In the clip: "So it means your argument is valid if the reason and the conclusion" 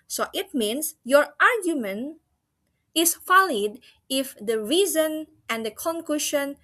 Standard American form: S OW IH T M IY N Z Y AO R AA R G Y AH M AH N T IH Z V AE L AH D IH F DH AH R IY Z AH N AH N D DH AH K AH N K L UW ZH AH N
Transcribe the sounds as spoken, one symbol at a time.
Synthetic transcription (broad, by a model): S OW IH T M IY N S Y AO R AA R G Y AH M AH N IH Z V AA L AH D IH F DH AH R IY Z AH N AH N D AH K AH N K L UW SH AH N